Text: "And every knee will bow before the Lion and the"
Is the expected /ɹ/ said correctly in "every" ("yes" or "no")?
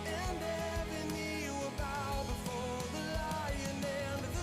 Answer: no